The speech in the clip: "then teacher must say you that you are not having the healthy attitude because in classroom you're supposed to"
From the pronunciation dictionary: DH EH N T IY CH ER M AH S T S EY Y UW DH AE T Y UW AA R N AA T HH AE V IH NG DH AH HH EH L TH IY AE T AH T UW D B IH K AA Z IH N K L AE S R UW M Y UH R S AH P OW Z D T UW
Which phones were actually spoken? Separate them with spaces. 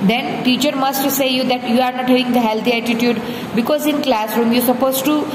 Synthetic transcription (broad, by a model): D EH N T IY CH ER M AH S T S EY Y UW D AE T Y UW AA R N AA T HH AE V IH NG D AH HH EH L T IY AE T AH T UW D B IH K AA Z IH N K L AE S R UW M Y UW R S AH P OW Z T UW